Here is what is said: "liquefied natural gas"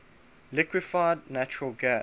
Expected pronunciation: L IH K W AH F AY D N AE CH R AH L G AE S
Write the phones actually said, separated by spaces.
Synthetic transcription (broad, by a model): L IH K W AH F AY D N AE CH R AH L G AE